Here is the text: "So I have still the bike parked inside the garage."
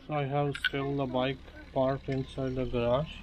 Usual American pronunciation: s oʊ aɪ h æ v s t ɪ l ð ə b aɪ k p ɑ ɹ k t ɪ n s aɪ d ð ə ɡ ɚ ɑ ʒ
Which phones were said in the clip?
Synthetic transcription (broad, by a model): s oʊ aɪ h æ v s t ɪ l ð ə b aɪ k p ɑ ɹ t ɪ n s aɪ d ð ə ɡ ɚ ɑ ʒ